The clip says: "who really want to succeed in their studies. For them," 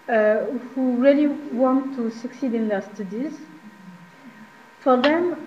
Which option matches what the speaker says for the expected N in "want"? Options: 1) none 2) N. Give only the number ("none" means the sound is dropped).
2